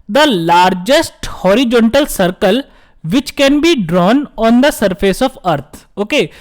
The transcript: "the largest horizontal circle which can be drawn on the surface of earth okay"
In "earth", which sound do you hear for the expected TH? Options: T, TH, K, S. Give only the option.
T